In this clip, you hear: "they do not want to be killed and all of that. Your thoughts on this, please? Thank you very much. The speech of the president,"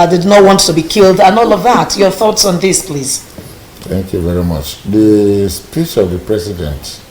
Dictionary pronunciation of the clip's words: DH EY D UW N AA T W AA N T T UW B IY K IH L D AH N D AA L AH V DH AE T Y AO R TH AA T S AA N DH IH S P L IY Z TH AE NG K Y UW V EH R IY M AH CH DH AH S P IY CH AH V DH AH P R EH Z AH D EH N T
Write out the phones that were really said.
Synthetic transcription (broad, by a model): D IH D N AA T W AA N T T UW B IY K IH L D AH N AA L AH V DH AE T Y AO R TH AA T S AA N DH IH S P L IY Z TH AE NG K Y UW V EH R IY M AH CH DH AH S P IY CH AH V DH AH P R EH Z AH D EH N T